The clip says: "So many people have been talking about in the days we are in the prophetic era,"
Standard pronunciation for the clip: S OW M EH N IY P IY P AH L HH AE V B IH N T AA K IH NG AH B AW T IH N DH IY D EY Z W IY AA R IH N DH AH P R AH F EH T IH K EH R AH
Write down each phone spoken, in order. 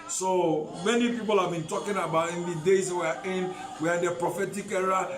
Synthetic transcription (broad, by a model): S OW M EH N IY P IY P AH L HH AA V B IH N T AA K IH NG AH B AW T IH N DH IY D EY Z W IY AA W IH N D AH P R AH F EH T IH K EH R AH